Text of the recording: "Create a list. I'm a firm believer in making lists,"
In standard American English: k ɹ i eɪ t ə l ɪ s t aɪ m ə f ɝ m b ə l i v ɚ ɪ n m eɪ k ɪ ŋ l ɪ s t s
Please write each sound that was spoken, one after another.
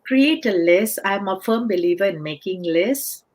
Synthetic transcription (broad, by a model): k ɹ i eɪ t ə l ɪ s aɪ m ə f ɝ m b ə l i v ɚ ɪ n m eɪ k ɪ ŋ l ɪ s s